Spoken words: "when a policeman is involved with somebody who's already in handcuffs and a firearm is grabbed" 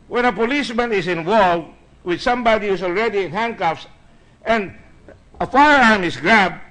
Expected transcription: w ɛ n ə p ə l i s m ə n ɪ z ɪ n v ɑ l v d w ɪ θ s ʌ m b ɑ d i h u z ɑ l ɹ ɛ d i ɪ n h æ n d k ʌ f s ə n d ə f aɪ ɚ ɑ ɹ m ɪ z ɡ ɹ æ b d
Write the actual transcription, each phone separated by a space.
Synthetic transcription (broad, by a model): w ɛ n ə p ə l i s m ə n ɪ s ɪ n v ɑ l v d w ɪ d s ʌ m b ɑ d i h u s ɑ l ɹ ɛ d i ɪ n h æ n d k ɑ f s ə n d ə f aɪ ɚ ɑ ɹ m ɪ s ɡ ɹ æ b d